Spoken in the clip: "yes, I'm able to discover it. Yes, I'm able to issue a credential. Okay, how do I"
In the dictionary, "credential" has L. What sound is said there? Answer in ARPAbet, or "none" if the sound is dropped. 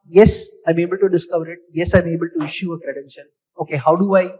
N